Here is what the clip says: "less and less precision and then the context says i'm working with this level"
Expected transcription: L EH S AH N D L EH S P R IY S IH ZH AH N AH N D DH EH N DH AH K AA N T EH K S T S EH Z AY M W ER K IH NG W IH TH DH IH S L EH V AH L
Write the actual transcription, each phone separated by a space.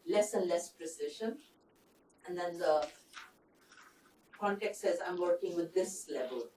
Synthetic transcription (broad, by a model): L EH S AH N D L EH S P R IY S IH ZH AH N AH N D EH N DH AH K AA N T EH K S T S EH Z AY M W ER K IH NG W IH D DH IH S L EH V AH L